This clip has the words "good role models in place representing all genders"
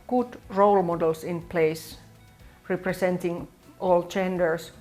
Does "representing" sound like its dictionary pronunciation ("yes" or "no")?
no